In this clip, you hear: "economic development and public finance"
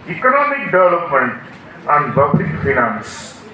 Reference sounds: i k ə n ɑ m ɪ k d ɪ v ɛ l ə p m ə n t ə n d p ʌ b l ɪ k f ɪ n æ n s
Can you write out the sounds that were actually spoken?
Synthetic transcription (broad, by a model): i k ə n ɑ m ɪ k d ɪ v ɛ l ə p m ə n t ə n d b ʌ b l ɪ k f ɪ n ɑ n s